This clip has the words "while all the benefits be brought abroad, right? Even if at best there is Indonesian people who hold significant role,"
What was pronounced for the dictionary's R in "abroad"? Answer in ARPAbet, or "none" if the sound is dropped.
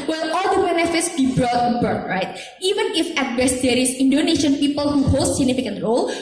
none